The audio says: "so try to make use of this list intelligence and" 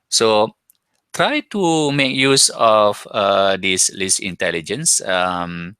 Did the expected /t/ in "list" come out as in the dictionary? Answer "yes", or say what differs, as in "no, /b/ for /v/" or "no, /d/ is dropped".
no, /t/ is dropped